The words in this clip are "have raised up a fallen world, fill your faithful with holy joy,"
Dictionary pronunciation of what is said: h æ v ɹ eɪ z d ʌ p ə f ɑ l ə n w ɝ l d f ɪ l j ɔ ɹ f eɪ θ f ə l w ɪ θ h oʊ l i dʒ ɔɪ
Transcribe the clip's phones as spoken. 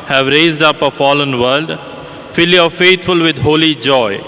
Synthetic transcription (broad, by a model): h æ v ɹ eɪ z d ʌ p ə f ɑ l ə n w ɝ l d f ɪ l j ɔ f eɪ t f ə l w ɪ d h oʊ l i dʒ ɔɪ